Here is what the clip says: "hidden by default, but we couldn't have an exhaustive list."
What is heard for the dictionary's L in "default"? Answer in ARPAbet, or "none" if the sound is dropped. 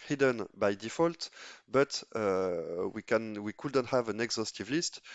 L